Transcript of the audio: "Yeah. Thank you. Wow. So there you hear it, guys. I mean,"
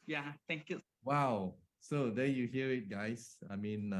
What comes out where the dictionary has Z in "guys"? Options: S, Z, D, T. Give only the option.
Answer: S